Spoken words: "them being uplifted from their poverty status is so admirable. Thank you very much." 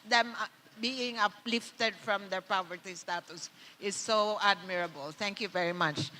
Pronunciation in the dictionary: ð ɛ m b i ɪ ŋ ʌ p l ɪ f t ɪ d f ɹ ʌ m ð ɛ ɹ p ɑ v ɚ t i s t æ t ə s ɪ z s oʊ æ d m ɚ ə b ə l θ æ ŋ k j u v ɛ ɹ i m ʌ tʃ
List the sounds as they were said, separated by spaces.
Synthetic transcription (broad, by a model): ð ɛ m b i ɪ ŋ ʌ p l ɪ f t ɪ d f ɹ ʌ m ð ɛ ɹ p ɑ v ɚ t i s t æ t ə s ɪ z s oʊ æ d m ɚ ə b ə l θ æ ŋ k j u v ɛ ɹ i m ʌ tʃ